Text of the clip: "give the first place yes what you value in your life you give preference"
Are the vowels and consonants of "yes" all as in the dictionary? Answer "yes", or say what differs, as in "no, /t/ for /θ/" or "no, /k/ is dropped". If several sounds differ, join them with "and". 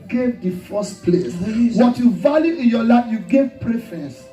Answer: no, /s/ is dropped